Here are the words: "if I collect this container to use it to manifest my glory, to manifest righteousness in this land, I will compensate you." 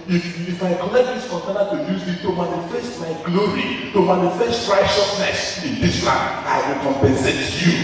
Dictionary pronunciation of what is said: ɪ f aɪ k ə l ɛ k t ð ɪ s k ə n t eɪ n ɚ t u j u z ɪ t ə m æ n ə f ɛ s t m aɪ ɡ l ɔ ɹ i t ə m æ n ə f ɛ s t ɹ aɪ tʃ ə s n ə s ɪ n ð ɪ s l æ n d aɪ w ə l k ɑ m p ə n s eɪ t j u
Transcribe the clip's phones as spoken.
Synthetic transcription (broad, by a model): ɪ f aɪ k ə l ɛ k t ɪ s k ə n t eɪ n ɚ t u j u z ɪ t ə m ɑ n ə f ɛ s t m aɪ ɡ l ɔ ɹ i t ə m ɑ n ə f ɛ s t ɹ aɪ ʃ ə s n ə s ɪ n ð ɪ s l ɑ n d aɪ w ə l k ɑ m p ə n s eɪ t j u